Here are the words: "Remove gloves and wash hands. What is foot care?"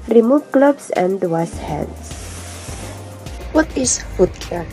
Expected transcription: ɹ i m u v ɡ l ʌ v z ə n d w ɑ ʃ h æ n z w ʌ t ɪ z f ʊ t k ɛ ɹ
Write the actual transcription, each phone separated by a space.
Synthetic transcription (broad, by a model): ɹ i m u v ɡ l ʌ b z ə n d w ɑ s h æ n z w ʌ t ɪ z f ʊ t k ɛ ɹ